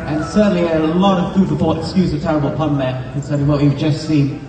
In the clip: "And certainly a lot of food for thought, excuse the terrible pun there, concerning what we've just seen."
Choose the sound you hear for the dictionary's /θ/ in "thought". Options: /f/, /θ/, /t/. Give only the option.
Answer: /f/